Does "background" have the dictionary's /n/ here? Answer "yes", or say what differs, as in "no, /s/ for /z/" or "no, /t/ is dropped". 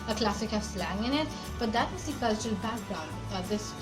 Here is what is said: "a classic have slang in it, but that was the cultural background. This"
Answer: no, /n/ is dropped